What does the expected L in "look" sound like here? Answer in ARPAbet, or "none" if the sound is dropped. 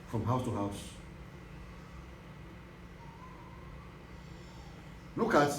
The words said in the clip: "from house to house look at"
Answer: N